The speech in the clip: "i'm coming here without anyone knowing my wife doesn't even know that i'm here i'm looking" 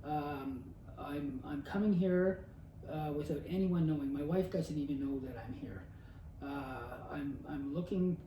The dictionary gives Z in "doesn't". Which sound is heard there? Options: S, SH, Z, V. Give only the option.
Z